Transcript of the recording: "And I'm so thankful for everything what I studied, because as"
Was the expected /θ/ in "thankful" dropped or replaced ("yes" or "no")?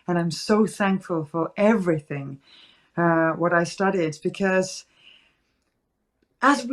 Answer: no